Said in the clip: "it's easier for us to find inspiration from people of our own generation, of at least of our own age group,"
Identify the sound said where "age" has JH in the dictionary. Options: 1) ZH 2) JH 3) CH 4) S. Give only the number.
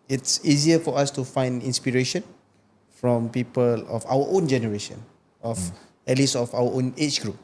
3